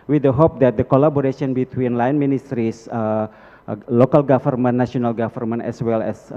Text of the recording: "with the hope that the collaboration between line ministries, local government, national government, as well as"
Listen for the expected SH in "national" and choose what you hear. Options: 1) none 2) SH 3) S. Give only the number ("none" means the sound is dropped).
1